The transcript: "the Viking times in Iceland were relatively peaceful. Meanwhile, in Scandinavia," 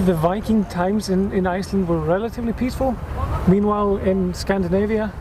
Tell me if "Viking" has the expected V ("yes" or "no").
yes